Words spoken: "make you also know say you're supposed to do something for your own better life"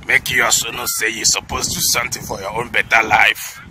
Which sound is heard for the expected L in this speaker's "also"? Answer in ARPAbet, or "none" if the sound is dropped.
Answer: none